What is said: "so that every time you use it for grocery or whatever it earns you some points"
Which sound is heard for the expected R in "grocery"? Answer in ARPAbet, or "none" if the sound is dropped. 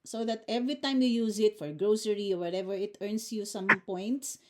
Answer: R